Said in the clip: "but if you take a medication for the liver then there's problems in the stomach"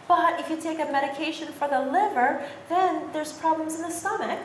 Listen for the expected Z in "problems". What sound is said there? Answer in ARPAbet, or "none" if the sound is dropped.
Z